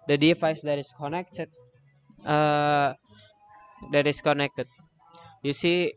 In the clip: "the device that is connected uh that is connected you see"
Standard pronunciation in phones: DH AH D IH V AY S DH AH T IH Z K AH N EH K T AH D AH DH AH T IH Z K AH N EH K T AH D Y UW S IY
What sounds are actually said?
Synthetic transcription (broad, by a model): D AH D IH F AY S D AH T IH S K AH N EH K T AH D AH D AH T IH S K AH N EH K T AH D Y UW S IY